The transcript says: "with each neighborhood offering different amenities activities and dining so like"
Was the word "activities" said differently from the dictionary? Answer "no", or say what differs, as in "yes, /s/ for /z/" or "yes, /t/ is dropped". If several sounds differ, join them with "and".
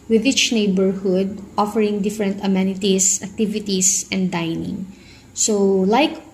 yes, /s/ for /z/